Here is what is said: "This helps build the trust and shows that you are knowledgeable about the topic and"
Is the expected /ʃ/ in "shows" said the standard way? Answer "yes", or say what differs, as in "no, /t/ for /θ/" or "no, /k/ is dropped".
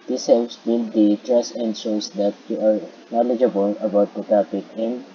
no, /s/ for /ʃ/